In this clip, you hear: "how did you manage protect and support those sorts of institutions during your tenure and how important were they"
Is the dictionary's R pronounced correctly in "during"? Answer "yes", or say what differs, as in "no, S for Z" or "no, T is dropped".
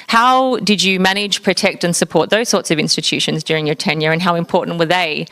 yes